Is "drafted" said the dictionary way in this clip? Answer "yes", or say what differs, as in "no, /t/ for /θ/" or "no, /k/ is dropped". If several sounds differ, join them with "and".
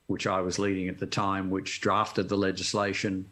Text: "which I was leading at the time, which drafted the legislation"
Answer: yes